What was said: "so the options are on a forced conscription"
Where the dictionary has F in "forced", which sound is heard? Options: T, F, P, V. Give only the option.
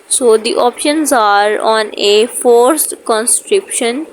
F